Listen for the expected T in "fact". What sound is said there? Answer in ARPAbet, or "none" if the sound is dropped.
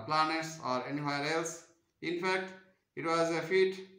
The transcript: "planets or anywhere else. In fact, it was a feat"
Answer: T